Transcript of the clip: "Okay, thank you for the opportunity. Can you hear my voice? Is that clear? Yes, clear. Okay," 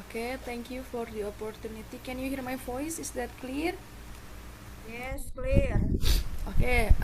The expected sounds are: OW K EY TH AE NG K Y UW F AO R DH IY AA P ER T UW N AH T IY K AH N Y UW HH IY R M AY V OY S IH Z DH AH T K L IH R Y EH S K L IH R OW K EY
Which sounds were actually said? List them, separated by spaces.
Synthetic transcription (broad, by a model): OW K EY T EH NG K Y UW F AO R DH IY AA P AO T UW N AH T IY K AH N Y UW HH IY R M AY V OY S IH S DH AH T K L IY R Y EH S K L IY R OW K EY